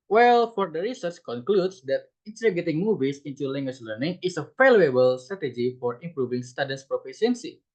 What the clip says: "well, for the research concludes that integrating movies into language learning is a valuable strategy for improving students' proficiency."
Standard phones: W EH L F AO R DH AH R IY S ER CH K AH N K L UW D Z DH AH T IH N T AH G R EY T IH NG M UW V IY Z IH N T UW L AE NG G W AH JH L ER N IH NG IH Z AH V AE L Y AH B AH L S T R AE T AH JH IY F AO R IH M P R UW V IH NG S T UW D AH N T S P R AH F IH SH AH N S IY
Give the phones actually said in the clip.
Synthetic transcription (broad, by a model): W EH L F AO R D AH R IY S ER CH K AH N K L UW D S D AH T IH N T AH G EY T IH NG M UW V IY S IH N T UW L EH NG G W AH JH L ER N IH NG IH S AH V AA L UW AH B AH L S T R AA T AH JH IY F AO R IH M P R UW V IH NG S T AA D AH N S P R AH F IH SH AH N S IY